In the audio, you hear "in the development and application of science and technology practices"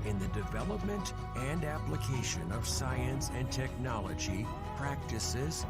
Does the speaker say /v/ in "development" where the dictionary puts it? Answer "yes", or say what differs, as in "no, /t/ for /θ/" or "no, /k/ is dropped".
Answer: yes